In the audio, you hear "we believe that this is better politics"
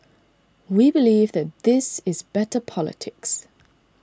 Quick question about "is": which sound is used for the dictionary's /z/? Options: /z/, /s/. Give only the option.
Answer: /z/